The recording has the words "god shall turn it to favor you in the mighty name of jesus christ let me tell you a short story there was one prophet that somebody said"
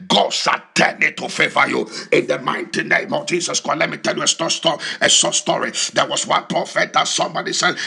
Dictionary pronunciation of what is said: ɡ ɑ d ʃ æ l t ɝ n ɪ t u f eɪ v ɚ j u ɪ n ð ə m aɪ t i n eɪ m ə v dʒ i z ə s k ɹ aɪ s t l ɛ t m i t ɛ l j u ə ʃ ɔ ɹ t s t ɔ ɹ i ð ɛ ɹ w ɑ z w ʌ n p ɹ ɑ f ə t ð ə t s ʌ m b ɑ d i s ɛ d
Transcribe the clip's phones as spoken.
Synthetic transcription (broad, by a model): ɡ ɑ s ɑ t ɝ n ɪ t u f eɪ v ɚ j u ɪ n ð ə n aɪ t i n eɪ m ə v dʒ i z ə s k aɪ l ɛ t m i t ɛ l j u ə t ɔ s t s t ɔ ɹ i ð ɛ w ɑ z w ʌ n p ɹ ɑ f ə t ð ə t s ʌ m b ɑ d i s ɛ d